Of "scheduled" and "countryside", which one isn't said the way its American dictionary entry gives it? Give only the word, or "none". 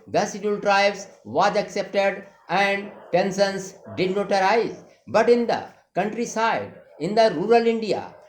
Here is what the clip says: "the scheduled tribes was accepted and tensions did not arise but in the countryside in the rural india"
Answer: scheduled